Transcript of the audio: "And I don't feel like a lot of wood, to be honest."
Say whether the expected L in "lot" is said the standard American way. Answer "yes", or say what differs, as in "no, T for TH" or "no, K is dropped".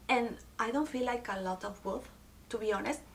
yes